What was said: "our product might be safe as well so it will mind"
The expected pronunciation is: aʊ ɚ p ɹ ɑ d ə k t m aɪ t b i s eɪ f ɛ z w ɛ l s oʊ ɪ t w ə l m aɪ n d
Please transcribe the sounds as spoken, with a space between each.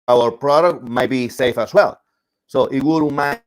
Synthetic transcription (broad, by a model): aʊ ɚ p ɹ ɑ d ə k t m aɪ t b i s eɪ f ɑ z w ɛ l s oʊ ɪ t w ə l m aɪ